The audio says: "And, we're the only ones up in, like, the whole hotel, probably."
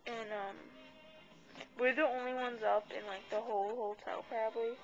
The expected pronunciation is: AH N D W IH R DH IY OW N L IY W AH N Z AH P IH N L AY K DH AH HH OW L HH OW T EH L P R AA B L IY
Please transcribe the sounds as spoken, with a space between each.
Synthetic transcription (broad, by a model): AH N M W IH R DH IY OW N L IY W AH N Z AH P IH N L AY K DH AH HH OW L HH OW T EH L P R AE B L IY